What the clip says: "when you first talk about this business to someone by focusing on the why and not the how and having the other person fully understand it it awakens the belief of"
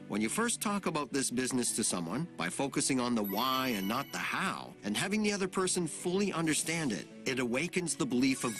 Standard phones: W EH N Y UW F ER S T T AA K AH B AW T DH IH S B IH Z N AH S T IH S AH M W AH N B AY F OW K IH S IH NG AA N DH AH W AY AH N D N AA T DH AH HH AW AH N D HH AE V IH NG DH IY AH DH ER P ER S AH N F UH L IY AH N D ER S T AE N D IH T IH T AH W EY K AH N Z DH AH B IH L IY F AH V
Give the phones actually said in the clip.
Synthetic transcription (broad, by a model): W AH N Y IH F ER S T T AA K AH B AW T DH IH S B IH Z N AH S T IH S AH M W AH N B AY F OW K IH S IH NG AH N DH AH W AY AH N N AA T DH AH HH AW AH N HH AE V IH NG DH IY AH DH ER P ER S AH N F UH L IY AH N D ER S T AE N D IH T IH T AH W EY K AH N Z DH AH B IH L IY F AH V